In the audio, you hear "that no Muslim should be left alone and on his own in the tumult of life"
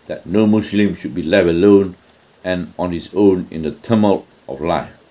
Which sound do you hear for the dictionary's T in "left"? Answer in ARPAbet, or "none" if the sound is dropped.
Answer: none